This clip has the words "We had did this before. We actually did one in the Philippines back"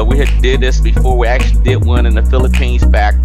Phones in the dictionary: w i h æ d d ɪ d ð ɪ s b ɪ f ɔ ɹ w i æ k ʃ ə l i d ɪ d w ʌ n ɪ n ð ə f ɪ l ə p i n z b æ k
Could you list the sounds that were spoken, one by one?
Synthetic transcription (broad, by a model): w i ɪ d d ɪ d ð ɪ s b ɪ f ɔ ɹ w i æ k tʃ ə l i d ɪ d w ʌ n ɪ n ð ə f ɪ l ə p i n z b æ k